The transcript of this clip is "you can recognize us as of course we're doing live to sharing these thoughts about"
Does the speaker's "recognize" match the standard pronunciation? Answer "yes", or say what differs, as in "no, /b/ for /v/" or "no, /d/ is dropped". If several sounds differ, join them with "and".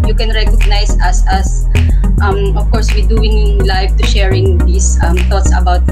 no, /s/ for /z/